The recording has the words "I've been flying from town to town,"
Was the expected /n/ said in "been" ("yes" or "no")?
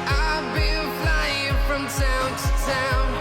no